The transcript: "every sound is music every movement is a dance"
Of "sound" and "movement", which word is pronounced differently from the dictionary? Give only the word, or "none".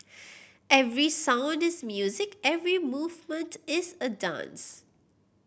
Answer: none